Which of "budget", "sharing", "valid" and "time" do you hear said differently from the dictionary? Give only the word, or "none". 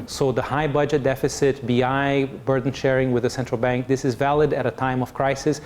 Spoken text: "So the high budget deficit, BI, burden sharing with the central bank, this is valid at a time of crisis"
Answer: none